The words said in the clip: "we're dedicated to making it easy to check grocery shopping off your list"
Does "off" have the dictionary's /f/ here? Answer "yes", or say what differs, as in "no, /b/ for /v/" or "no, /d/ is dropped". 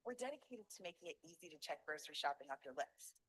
no, /p/ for /f/